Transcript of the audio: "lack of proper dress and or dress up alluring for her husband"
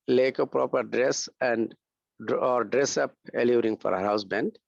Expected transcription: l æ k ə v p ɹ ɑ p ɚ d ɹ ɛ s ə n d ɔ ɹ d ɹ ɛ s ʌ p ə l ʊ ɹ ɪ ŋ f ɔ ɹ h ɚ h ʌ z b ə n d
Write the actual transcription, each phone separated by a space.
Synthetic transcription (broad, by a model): l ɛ k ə p ɹ ɑ p ɚ d ɹ ɛ s ə n d ɔ ɹ d ɹ ɛ s ʌ p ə l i ɹ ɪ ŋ f ɔ ɹ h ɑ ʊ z b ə n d